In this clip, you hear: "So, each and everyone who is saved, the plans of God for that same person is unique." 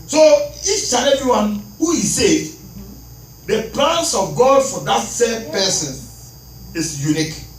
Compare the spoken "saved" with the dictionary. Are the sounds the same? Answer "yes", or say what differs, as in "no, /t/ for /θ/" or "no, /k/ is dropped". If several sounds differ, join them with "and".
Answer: no, /v/ is dropped